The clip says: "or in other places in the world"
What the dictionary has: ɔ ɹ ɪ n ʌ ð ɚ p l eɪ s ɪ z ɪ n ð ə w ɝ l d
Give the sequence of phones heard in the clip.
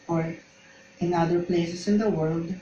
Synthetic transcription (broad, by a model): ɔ ɹ ɪ n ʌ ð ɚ p l eɪ s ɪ s ɪ n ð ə w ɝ l d